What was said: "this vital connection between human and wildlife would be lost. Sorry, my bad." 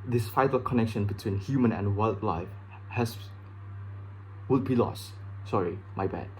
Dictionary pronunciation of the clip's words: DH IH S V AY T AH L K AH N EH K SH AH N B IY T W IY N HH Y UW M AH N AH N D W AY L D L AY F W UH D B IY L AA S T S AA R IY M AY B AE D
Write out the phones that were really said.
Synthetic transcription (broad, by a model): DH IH S F AY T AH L K AH N EH K SH AH N B IY T W IY N HH Y UW M AH N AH N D W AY L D L AY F W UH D B IY L AA S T S AA R IY M AY B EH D